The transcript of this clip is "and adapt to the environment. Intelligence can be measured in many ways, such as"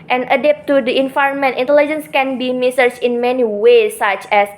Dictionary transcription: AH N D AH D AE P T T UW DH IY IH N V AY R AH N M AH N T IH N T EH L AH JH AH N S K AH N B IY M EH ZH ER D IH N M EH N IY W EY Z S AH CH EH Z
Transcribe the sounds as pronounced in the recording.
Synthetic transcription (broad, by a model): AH N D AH D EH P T T UW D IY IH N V AY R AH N M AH N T IH N T EH L AH JH AH N S K AH N B IY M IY S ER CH IH N M EH N IY W EY S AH CH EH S